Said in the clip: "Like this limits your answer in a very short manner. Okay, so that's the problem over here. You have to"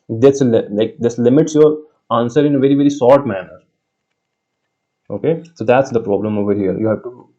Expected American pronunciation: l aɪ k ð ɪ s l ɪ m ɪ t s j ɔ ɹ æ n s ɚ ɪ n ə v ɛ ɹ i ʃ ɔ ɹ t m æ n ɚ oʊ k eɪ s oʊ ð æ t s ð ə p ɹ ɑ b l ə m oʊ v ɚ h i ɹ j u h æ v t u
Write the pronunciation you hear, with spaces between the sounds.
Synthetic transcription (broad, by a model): l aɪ k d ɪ s l ɪ m ɪ t s j ɔ ɹ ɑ n s ɚ ɪ n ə v ɛ ɹ i s ɔ ɹ t m æ n ɚ oʊ k eɪ s oʊ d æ t s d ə p ɹ ɑ b l ə m oʊ v ɚ h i ɹ j u h æ v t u